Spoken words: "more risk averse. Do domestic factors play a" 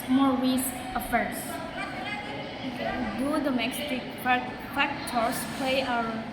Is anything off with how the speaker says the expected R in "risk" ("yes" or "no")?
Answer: yes